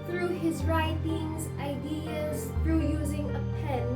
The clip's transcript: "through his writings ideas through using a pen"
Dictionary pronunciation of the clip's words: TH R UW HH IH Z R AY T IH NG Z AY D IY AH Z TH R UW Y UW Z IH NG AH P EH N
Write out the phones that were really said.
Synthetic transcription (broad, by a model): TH R UW HH IH Z R AY T IH NG Z AY D IY AH Z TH R UW Y UW Z IH NG AH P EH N